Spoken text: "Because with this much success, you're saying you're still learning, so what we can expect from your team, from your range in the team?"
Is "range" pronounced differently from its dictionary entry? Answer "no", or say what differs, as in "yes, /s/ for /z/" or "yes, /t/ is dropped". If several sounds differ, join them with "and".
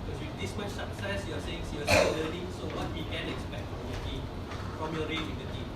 yes, /n/ is dropped